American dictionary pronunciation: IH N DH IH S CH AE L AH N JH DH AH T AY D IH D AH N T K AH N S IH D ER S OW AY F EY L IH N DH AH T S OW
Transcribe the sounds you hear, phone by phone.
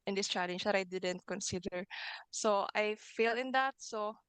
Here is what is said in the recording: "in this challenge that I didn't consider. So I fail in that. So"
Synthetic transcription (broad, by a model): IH N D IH S CH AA L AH N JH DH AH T AY D IH D AH N T K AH N S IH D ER S OW AY F EY L IH N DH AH T S OW